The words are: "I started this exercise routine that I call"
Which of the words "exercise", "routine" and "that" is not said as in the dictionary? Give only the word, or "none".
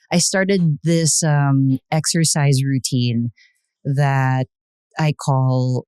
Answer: none